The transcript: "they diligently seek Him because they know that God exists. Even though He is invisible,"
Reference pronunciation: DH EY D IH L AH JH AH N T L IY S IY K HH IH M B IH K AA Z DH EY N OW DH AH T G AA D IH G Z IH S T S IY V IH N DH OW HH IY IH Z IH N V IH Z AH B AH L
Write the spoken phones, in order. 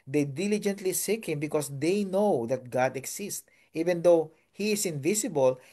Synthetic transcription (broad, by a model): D EY D IH L AH JH AH N T L IY S IY K HH IH M B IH K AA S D EY N OW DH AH T G AA D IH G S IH S T IY V IH N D OW HH IY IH S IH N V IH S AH B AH L